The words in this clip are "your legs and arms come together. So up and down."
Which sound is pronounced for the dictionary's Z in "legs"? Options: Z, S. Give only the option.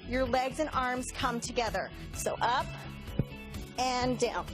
Z